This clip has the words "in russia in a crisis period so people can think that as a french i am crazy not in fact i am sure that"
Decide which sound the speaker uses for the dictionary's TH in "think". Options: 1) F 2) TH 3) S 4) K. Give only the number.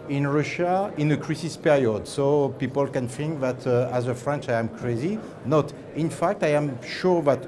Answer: 1